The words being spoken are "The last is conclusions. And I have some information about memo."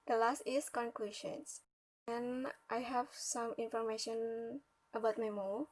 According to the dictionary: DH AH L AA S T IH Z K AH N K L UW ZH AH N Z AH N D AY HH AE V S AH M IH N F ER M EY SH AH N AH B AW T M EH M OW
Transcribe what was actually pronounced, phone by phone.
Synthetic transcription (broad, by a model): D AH L AA S T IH S K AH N K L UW SH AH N S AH N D AY HH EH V S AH M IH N F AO M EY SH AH N AH B AW T M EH M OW